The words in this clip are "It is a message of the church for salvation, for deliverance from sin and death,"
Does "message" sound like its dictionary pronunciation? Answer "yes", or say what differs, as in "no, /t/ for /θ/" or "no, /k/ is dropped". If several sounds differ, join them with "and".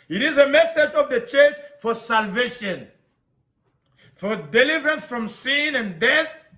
no, /θ/ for /s/